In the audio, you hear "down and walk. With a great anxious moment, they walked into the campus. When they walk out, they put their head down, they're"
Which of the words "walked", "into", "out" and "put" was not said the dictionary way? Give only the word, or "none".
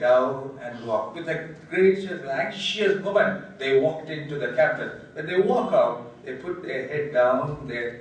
none